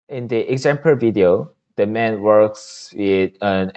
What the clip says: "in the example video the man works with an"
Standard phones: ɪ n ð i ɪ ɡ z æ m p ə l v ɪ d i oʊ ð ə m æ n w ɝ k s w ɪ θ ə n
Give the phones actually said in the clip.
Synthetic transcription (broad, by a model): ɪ n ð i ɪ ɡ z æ m p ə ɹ v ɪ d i oʊ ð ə m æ n w ɝ k s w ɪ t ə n